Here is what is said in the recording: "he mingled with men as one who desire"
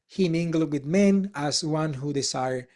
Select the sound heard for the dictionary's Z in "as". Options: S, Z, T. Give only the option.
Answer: S